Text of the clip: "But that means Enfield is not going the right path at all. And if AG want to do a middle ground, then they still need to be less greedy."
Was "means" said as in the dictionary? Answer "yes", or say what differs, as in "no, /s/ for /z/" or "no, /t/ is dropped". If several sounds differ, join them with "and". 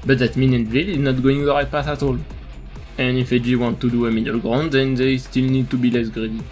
no, /z/ is dropped